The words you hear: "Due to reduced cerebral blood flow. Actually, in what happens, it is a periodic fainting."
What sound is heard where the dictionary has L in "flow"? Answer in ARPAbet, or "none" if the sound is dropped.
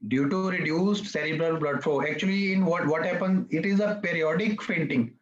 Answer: none